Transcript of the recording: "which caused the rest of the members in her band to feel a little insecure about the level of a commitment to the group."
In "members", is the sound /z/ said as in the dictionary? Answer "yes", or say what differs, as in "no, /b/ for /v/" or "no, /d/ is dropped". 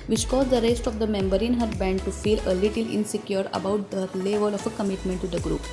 no, /z/ is dropped